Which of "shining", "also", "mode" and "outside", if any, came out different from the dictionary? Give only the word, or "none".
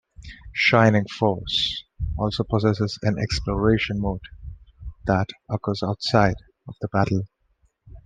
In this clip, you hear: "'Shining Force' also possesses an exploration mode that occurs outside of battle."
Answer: none